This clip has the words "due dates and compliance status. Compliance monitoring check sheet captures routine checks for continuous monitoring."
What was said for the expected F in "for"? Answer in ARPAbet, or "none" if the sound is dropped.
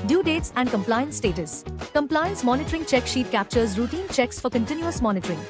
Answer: F